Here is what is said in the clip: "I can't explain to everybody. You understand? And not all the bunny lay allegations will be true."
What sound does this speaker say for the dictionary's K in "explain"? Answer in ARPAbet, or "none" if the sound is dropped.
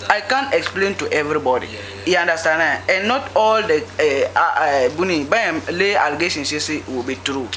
K